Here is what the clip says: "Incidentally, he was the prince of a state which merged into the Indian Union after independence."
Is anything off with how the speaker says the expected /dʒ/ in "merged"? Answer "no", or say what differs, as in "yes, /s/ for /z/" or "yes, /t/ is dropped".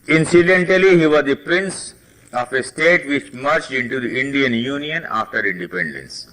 yes, /tʃ/ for /dʒ/